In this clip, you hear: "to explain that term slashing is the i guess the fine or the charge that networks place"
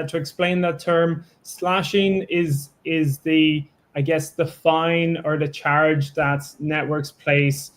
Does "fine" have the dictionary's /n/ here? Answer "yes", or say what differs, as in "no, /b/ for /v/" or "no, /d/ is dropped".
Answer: yes